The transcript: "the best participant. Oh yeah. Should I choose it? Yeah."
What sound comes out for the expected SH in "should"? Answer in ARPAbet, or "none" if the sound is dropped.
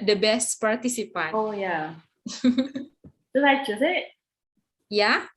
S